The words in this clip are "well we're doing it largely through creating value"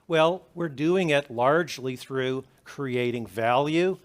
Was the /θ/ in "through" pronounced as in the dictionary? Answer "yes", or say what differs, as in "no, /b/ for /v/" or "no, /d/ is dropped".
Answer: yes